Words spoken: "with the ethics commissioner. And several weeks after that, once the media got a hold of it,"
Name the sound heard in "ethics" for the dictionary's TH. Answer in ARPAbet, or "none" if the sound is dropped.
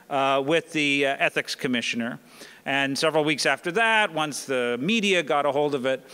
TH